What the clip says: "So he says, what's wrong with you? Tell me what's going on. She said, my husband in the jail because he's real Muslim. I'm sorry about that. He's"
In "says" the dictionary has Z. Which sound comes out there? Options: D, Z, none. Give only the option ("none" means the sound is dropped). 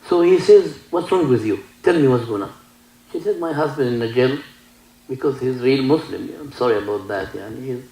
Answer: Z